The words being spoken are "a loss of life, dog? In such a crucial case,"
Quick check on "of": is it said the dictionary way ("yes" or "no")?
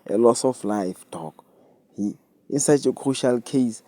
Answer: no